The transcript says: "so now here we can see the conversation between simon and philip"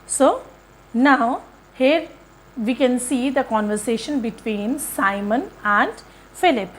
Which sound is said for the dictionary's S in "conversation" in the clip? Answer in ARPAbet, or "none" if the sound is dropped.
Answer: S